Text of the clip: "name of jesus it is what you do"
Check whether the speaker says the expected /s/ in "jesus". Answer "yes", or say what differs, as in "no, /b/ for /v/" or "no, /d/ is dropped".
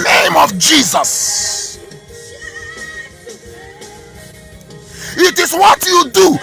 yes